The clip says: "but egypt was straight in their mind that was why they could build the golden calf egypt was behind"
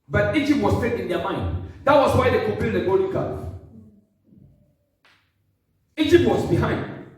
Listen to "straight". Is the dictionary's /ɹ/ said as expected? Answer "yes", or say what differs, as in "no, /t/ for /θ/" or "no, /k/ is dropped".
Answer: no, /ɹ/ is dropped